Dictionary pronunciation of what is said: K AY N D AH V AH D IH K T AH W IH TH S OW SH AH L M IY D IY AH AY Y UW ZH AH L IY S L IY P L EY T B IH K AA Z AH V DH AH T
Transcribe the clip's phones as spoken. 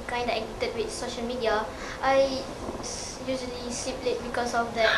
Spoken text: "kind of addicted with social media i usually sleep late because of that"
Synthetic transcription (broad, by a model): K AY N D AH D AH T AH T W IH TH S OW SH AH L M IY D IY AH AY Y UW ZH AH L IY S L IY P L EY T B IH K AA S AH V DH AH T